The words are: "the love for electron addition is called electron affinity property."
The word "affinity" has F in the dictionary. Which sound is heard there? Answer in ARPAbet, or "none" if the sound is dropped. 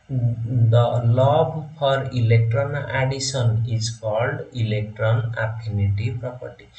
P